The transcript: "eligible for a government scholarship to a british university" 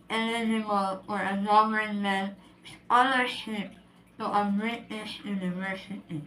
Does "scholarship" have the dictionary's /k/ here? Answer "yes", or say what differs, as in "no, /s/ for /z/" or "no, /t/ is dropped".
no, /k/ is dropped